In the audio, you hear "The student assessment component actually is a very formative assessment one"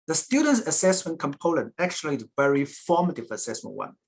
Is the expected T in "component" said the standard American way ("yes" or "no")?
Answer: no